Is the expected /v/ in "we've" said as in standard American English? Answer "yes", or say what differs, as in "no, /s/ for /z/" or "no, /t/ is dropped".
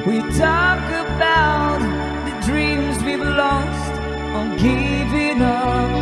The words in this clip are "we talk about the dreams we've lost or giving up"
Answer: no, /b/ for /v/